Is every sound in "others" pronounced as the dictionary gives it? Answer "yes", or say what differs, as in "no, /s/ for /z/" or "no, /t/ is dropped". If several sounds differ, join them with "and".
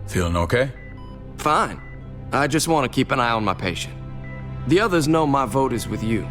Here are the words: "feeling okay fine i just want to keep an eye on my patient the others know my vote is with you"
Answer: yes